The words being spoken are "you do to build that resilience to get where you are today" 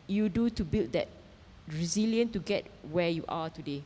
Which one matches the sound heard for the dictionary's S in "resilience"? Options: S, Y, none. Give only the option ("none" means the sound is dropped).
none